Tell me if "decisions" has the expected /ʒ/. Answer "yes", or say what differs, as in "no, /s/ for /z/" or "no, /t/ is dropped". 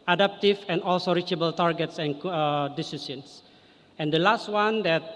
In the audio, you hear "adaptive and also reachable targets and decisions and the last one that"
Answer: no, /s/ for /ʒ/